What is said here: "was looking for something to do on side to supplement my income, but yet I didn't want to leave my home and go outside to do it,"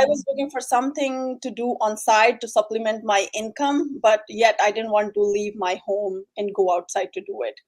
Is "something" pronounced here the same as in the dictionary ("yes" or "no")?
no